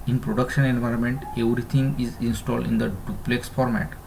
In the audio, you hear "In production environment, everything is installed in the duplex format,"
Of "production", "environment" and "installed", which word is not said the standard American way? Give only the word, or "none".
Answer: none